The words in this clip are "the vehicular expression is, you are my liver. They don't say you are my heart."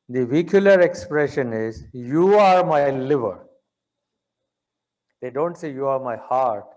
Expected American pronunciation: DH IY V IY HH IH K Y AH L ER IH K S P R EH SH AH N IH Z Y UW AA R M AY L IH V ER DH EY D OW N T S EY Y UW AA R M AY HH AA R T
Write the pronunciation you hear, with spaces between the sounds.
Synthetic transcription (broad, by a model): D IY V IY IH K Y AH L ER IH K S P R EH SH AH N IH Z Y UW AA R M AY L IH V ER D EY D OW N T S EY Y UW AA R M AY HH AA R T